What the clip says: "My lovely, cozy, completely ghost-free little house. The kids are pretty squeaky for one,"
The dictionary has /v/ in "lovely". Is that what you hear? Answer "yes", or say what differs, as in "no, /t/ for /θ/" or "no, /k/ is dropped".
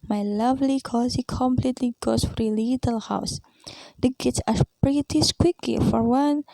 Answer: yes